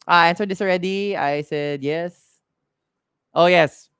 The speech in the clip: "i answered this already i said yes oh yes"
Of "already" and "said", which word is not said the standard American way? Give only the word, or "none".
none